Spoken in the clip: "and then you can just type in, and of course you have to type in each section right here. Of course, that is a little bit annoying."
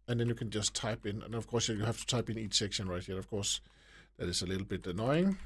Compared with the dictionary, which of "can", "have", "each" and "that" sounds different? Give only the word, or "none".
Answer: have